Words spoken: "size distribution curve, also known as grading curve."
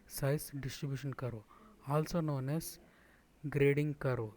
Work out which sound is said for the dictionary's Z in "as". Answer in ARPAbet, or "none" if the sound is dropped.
S